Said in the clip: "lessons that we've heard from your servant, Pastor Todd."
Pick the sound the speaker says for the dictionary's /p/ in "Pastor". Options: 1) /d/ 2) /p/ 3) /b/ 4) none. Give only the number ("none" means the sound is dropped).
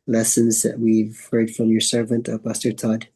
3